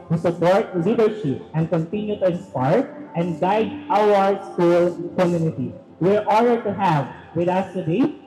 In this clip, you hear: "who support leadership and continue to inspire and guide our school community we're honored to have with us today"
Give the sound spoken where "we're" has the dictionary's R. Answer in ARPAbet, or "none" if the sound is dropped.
R